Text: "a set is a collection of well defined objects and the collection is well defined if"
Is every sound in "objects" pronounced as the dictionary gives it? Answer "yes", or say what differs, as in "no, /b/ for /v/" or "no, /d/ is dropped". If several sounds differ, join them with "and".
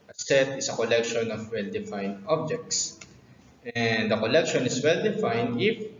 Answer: yes